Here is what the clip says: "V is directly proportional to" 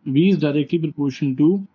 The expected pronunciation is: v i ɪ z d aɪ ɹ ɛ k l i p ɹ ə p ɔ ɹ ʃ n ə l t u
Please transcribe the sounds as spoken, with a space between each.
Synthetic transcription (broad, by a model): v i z d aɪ ɹ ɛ k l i p ɹ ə p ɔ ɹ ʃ ə n t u